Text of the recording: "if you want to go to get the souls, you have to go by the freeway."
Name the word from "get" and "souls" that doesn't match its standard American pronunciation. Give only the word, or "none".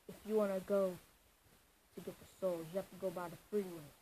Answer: souls